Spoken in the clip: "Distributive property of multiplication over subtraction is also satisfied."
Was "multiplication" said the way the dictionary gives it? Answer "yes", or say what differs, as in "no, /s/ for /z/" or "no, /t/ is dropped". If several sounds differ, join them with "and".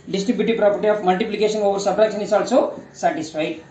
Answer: no, /s/ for /ʃ/